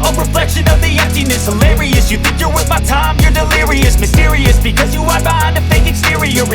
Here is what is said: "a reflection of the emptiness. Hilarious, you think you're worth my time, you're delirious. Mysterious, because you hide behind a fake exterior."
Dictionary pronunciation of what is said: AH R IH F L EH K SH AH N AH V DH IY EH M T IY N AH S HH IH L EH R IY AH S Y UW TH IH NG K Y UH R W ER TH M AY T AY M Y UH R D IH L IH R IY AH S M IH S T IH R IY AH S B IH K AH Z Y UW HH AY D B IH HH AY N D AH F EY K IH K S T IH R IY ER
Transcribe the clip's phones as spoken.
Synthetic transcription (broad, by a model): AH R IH F L EH K SH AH N AH V DH IY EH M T IY N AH S HH IH L EH R IY AH S Y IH TH IH NG K Y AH R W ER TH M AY T AY M Y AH R D IH L IH R IY AH S M IH S T IH R IY AH S B IH K AH Z Y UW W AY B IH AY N AH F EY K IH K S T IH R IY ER